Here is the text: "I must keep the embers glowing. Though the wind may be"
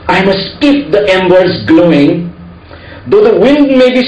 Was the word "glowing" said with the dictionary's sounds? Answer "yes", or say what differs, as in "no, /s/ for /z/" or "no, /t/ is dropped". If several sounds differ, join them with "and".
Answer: yes